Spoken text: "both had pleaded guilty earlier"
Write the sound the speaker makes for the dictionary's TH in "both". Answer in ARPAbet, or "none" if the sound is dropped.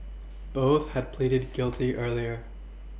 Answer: TH